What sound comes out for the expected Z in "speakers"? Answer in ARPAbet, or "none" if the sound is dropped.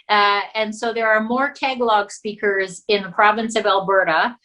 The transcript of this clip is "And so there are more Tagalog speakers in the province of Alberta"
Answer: Z